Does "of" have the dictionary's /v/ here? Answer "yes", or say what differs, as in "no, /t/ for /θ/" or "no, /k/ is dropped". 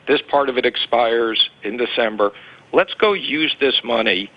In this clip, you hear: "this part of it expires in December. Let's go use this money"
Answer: yes